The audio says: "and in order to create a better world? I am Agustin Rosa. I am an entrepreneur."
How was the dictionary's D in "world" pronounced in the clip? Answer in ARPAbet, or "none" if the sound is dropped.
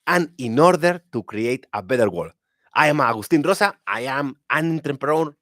none